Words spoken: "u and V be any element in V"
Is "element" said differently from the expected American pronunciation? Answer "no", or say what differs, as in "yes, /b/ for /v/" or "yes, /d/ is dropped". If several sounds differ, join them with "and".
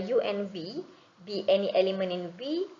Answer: yes, /t/ is dropped